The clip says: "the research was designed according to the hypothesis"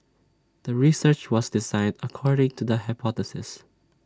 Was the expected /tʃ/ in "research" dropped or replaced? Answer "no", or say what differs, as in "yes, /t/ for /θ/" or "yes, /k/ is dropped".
no